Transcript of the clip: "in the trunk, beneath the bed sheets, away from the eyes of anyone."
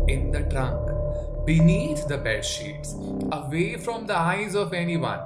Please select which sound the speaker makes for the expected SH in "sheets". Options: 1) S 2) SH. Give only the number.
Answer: 2